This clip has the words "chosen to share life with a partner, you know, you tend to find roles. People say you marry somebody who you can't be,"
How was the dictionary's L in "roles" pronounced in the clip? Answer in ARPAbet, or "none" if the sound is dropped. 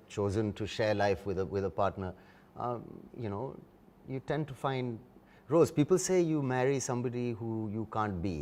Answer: none